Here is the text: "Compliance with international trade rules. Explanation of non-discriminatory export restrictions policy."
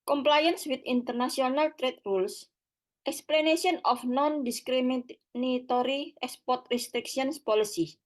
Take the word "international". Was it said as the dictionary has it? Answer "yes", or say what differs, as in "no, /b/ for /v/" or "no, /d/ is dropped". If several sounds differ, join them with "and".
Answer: no, /s/ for /ʃ/